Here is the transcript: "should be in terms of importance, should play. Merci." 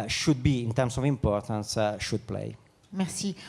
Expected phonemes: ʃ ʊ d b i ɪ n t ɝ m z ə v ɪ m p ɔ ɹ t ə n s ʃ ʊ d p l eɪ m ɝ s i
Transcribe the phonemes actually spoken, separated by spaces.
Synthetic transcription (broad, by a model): ʃ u d b i ɪ n t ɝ m s ə v ɪ m p ɔ ɹ t ə n s ʃ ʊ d p l eɪ m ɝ s i